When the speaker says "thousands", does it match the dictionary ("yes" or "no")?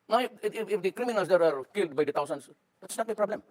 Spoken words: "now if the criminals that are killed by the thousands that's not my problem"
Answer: no